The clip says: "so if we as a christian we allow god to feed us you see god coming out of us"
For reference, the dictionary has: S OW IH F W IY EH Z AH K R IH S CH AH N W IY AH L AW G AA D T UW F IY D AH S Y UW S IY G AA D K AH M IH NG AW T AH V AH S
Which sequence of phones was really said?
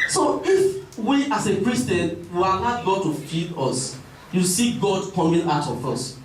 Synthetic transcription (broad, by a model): S OW IH F W IY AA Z AH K R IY S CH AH N W IY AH N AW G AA T UW F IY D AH S Y UW S IY G AA D K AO M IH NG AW T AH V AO S